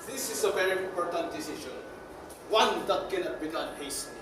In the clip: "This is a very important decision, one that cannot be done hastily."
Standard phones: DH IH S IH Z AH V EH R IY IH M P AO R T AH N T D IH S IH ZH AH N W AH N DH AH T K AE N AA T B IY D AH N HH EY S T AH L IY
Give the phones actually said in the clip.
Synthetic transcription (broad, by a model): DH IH S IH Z AH V EH R IY IH M P AO R T AH N T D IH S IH SH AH N W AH N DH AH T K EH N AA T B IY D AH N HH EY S